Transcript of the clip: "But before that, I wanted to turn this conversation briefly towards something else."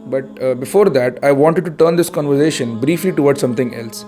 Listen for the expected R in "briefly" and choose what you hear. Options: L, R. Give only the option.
R